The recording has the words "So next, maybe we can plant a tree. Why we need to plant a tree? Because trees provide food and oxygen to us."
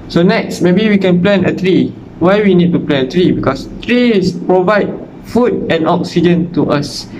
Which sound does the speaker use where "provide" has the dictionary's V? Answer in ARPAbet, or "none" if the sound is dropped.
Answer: V